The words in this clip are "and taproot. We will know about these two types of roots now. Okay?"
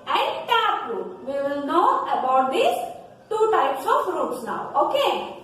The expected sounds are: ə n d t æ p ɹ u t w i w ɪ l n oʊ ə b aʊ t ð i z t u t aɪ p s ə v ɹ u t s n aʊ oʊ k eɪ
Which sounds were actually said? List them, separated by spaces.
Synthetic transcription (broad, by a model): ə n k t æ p u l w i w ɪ l n oʊ ə b aʊ t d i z t u t aɪ p s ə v ɹ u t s n aʊ oʊ k eɪ